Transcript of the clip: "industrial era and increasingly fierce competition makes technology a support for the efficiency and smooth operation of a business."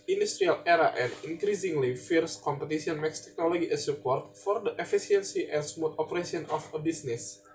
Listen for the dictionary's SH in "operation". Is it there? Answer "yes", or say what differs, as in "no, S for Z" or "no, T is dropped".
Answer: no, S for SH